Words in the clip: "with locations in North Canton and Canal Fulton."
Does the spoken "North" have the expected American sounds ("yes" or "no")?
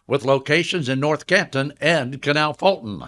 yes